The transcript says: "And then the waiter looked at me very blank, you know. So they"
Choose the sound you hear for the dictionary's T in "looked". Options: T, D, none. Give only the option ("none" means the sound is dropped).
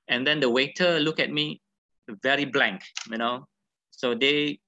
none